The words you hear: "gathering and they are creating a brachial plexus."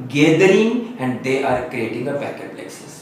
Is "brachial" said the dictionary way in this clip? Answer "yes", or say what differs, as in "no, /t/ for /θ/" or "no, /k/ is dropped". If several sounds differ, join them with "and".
no, /ɹ/ is dropped